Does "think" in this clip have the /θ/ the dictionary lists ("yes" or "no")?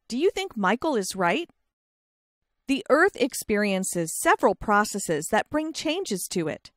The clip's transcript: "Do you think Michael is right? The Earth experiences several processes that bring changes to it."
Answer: yes